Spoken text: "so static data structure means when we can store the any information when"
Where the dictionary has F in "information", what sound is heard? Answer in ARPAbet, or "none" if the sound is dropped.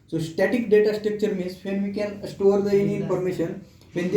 P